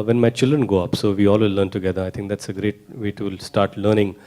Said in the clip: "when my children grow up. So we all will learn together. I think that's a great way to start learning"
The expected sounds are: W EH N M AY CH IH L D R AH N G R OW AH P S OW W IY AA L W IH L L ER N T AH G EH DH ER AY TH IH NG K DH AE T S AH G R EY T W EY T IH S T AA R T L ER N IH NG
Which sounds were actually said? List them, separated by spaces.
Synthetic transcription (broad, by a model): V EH N M AY CH IH L D R AH N G OW AH P S OW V IY AA L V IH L L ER N T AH G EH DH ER AY T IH NG K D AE T S AH G R EY T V EY T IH S T AA R T L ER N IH NG